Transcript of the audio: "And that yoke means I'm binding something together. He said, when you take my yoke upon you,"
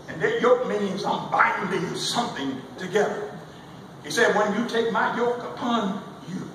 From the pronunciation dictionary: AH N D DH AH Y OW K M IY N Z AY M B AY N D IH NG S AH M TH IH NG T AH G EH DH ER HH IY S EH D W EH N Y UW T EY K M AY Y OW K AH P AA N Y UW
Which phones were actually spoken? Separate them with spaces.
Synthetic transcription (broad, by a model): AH N DH AH Y OW K M IY N Z AY M B AY D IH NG S AH M TH IH NG T AH G EH DH ER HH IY S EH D W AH N Y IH T EY K M AY Y OW K AH P AA N Y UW